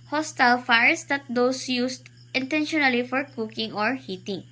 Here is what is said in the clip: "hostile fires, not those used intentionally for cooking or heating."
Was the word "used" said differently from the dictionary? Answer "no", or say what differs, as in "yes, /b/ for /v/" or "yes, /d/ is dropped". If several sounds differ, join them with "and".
yes, /s/ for /z/